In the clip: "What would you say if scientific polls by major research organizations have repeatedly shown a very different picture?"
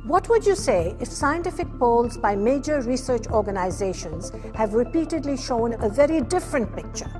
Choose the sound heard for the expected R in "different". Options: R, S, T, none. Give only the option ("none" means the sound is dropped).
R